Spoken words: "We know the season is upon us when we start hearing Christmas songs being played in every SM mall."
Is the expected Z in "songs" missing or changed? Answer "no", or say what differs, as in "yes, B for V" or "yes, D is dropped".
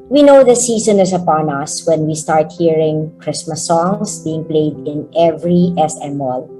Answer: yes, S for Z